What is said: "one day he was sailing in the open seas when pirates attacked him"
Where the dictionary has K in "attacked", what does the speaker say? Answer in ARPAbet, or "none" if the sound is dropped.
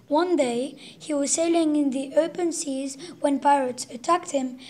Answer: K